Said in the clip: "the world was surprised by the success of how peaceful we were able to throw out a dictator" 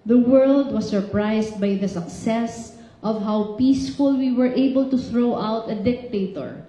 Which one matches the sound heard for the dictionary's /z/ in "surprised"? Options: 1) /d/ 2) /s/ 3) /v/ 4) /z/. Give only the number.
2